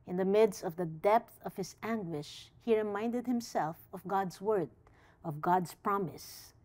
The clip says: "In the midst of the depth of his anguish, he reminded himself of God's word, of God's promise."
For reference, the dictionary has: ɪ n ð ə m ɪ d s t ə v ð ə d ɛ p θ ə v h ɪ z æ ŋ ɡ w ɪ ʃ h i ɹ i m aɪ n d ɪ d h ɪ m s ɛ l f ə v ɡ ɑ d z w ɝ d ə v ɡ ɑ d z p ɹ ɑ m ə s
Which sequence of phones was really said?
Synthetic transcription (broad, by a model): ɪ n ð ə m ɪ d s t ə v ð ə d ɛ p θ ə v h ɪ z æ ŋ ɡ w ɪ ʃ h i ɹ i m aɪ n d ɪ d h ɪ m s ɛ l f ə v ɡ ɑ d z w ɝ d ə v ɡ ɑ d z p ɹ ɑ m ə s